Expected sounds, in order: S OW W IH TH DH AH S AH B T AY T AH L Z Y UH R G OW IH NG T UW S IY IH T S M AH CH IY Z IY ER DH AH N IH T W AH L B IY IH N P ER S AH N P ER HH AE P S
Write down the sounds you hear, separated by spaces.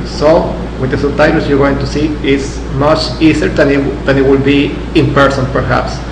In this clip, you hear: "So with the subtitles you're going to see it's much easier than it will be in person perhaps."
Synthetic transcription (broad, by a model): S OW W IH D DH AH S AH T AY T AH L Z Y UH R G OW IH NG T UW S IY IH T S M AH CH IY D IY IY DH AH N IH T W AH L B IY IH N P ER S AH N P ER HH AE P S